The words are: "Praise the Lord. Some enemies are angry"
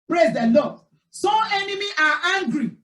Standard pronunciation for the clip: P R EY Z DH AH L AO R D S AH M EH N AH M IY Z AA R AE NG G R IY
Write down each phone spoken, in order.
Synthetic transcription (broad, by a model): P R EY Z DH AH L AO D S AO EH N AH M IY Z AA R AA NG G R IY